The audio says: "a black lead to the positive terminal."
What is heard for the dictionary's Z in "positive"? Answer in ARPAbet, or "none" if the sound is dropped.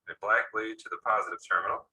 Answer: Z